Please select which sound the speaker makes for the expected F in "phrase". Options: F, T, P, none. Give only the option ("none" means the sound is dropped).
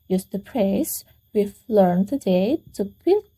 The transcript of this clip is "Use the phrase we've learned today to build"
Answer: P